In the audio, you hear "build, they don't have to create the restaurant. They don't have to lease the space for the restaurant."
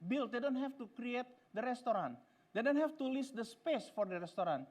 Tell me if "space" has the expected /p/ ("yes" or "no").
yes